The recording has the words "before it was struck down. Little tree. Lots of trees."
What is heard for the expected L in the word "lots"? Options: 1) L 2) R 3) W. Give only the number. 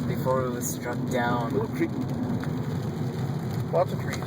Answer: 3